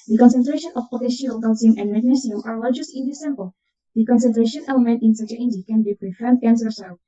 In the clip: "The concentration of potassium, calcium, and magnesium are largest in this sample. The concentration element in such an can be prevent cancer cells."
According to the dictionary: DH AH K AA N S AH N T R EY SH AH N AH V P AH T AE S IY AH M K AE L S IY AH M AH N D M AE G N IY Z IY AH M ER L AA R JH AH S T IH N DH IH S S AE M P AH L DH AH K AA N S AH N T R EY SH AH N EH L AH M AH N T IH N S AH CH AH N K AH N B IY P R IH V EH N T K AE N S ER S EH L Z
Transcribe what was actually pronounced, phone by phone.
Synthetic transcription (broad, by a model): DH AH K AA N S AH N T R EY SH AH N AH F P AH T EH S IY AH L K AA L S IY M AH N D M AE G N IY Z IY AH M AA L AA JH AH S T IH N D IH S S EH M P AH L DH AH K AA N S AH N T R EY SH AH N EH L AH M AH N T IH N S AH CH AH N K AH N B IY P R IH F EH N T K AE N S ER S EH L